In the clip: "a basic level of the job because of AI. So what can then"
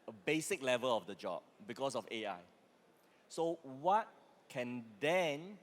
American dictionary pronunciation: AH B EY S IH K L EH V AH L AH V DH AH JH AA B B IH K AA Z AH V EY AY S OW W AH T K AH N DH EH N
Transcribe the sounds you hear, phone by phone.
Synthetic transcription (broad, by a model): AH B EY S IH K L EH V AH L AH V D AH JH AA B B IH K AA S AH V EY AY S OW W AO T K AH N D EH N